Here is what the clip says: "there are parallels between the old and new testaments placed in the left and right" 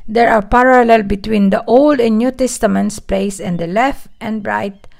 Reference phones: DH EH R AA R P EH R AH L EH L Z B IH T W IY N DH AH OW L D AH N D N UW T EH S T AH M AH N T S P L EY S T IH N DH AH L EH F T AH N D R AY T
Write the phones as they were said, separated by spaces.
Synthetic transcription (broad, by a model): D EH R AA R P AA R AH L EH L B IH T W IY N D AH OW L D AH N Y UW T EH S T AH M AH N T S P L EY S IH N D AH L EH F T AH N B R AY T